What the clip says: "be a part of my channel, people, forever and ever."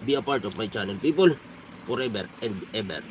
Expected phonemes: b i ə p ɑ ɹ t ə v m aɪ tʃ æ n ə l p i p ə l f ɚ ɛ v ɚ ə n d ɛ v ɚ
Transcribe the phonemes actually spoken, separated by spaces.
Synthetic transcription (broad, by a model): b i ə p ɑ ɹ t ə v m aɪ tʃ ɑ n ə n p i p ə l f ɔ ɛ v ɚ ə n d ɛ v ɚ